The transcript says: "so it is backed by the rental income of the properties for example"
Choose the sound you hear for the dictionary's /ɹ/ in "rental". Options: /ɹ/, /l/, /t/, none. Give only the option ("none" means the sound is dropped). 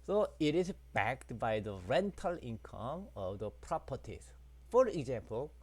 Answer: /ɹ/